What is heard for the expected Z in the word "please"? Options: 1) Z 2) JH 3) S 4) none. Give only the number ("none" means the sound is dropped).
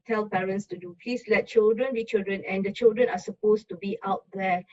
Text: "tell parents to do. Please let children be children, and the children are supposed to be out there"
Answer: 3